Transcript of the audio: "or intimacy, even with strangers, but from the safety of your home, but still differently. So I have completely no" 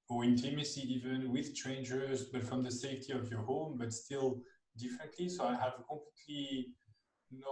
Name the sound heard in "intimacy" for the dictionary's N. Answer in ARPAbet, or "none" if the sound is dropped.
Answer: N